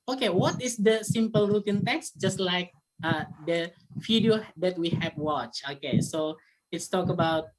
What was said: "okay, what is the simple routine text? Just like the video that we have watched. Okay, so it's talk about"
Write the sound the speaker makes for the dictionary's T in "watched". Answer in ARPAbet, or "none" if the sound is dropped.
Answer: none